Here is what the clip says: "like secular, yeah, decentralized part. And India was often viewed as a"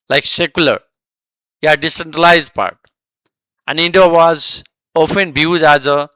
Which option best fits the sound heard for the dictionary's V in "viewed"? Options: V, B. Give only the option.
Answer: B